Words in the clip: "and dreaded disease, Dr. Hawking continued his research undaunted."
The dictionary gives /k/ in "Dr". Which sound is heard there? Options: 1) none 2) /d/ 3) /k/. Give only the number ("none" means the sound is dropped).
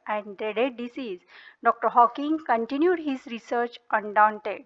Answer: 3